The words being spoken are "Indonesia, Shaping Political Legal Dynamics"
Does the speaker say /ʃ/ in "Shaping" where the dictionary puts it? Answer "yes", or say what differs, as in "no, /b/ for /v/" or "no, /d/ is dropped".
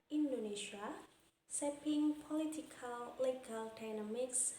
no, /s/ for /ʃ/